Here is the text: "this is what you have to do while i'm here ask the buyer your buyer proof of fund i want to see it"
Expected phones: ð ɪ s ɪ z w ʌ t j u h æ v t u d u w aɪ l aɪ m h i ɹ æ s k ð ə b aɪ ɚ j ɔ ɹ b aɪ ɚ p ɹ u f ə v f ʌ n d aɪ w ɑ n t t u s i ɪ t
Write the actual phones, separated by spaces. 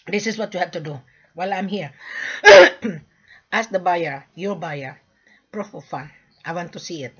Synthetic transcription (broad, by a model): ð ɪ s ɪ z w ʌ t j u h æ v t u d u w aɪ l aɪ m h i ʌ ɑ s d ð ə b aɪ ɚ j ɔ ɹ b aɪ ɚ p ɹ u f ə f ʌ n aɪ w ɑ n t t u s i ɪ t